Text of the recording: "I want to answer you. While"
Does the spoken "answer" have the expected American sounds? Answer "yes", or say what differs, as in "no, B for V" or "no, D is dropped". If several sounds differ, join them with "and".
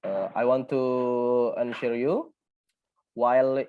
no, SH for S